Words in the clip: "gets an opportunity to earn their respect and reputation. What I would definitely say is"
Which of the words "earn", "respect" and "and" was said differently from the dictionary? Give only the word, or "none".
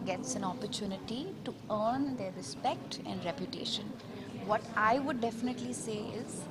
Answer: none